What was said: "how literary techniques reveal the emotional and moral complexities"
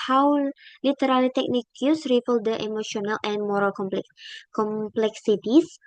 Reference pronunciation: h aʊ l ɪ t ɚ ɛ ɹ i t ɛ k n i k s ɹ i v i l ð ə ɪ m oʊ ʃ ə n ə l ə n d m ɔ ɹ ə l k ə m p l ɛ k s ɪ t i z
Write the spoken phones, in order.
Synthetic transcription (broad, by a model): h aʊ l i t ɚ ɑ l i t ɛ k n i k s ɹ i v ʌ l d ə ɪ m oʊ ʃ ə n ə l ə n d m ɔ ɹ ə l k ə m p l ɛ k s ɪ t i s